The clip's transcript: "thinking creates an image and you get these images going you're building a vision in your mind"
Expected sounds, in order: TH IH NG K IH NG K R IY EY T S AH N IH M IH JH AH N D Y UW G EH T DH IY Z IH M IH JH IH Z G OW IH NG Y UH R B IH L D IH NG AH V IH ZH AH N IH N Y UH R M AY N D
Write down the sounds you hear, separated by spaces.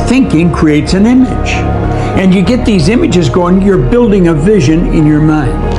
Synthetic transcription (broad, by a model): TH IH NG K IH NG K R IY EY T S AH N IH M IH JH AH N Y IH G EH T DH IY Z IH M IH JH IH Z G OW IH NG Y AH R B IH L D IH NG AH V IH ZH AH N IH N Y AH R M AY N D